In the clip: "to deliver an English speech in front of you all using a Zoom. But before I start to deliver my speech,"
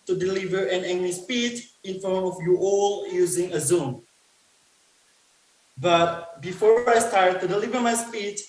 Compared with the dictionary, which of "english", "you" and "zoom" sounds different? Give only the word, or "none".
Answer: english